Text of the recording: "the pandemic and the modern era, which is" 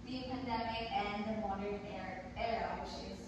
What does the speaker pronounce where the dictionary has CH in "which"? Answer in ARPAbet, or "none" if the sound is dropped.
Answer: SH